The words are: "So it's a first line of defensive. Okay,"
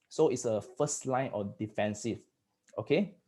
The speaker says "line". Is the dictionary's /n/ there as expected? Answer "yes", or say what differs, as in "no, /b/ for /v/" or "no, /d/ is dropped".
yes